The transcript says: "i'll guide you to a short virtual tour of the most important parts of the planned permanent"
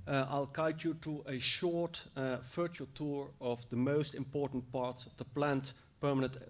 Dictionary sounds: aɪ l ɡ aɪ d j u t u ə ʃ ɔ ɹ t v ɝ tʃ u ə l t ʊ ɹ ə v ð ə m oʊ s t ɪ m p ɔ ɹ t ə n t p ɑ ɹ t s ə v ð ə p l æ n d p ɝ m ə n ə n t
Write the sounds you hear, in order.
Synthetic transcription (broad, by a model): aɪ l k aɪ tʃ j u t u ə ʃ ɔ ɹ t f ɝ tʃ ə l t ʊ ɹ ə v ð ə m oʊ s t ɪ m p ɔ ɹ t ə n t p ɑ ɹ t s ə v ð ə p l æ n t p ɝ m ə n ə n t